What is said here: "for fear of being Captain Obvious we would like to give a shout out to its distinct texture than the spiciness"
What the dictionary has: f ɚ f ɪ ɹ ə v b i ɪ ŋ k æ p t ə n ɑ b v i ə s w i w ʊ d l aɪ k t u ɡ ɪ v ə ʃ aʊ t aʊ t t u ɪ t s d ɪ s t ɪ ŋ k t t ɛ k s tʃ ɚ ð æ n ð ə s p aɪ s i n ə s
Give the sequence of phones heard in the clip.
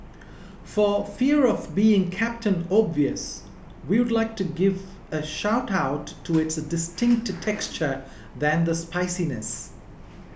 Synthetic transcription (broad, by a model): f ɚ f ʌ ɹ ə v b i ɪ ŋ k æ p t ə n ɑ b v i ə s w i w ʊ d l aɪ k t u ɡ ɪ v ə ʃ aʊ t aʊ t t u ɪ t s d ɪ s t ɪ ŋ k t t ɛ k s tʃ ɚ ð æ n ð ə s p aɪ s i n ə s